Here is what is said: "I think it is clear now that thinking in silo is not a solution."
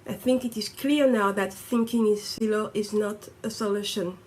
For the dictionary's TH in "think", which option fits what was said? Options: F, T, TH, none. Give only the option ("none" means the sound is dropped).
TH